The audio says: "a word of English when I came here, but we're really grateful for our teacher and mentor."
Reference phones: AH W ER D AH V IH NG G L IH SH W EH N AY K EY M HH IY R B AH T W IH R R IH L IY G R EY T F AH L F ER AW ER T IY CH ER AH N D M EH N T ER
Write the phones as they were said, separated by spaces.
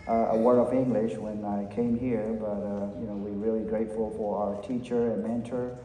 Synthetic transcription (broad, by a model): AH W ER AH V IH NG G L IH SH W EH N AY K EY M HH IY R B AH T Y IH W R IH L IY G R EY T F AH L F ER AW ER T IY CH ER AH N M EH N T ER